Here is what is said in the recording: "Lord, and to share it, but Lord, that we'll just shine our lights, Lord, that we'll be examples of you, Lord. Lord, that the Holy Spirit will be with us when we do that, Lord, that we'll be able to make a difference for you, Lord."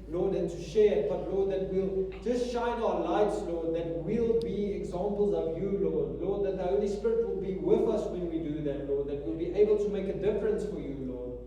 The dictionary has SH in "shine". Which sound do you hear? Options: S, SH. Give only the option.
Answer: SH